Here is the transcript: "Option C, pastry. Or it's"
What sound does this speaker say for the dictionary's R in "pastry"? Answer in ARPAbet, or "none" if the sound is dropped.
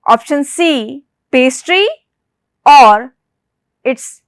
R